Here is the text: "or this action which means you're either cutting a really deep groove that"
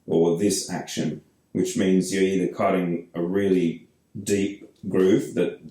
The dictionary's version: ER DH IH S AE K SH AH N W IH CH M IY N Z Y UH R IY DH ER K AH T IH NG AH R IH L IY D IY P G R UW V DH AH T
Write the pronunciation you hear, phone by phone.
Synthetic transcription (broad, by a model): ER DH IH S AE K SH AH N W IH CH M IY N Z Y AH R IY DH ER K AH T IH NG AH R IH L IY D IY P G R UW F DH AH T